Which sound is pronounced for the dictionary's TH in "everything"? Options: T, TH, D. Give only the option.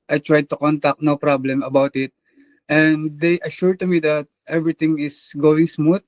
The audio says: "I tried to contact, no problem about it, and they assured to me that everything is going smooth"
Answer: T